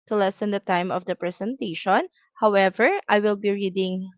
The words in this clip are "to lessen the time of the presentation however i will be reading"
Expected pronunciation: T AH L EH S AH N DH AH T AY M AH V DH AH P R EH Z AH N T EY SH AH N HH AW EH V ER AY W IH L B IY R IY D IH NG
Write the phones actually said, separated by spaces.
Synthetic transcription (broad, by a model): T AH L EH S AH N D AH T AY M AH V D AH P R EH S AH N T EY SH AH N HH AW EH V ER AY W IH L B IY R IY D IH NG